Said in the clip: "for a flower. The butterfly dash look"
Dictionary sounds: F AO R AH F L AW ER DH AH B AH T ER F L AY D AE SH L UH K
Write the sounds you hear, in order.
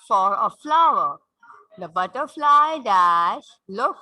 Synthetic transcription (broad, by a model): F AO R AH F L AW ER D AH B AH T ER F L AY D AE S L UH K